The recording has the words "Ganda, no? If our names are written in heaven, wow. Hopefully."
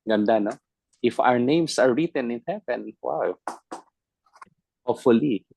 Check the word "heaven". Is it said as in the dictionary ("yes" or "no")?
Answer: no